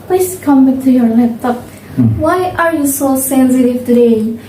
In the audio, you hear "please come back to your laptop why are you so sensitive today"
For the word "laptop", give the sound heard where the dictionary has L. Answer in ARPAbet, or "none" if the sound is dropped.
N